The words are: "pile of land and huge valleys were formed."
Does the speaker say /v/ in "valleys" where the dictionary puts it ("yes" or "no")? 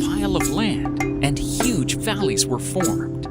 yes